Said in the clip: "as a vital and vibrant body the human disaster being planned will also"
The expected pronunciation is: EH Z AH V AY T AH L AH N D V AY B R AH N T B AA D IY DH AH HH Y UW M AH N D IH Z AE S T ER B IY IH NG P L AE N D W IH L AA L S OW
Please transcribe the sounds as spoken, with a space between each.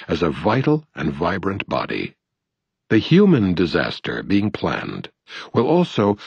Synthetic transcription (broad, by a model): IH Z AH V AY T L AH N V AY B R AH N B AA D IY DH AH HH Y UW M AH N D IH Z AE S T ER B IY IH NG P L AE N D W IH L AA L S OW